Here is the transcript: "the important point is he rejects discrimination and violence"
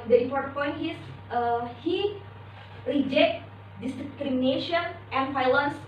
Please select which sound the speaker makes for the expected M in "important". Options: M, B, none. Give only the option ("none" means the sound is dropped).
none